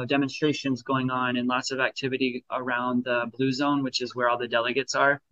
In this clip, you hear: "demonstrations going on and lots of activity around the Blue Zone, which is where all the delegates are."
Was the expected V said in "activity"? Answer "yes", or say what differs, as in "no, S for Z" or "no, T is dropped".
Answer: yes